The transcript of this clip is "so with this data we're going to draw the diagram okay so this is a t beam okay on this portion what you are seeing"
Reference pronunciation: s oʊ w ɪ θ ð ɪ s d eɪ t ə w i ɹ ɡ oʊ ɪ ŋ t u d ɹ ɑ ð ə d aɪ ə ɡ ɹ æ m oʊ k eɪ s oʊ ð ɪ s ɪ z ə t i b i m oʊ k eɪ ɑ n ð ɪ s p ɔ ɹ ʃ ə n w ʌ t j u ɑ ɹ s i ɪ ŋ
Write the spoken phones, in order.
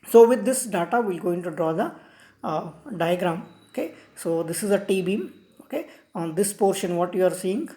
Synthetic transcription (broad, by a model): s oʊ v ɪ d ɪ s d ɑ t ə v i l ɡ oʊ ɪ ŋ t u d ɹ ɑ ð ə d aɪ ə ɡ ɹ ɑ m oʊ k eɪ s oʊ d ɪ s ɪ z ə t i b i m oʊ k eɪ ɑ n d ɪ s p ɔ ɹ ʃ ə n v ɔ t j u ɑ ɹ s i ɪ ŋ